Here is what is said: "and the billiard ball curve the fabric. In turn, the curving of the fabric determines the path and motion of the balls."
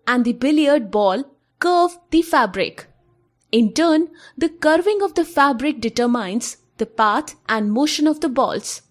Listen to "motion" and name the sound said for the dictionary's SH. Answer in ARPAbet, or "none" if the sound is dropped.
SH